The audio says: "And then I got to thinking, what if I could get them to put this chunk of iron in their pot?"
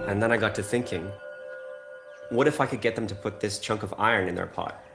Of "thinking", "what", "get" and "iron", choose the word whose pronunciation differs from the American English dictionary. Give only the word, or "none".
none